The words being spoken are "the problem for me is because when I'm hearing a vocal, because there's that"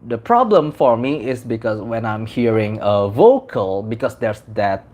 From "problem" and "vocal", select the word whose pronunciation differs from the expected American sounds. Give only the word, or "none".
none